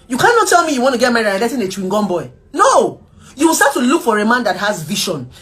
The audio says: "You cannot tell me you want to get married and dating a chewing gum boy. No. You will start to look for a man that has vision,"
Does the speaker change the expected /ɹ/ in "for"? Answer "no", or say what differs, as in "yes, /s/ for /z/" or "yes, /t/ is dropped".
no